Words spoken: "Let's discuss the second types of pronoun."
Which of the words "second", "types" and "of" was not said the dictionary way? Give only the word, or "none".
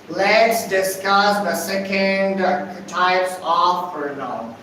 of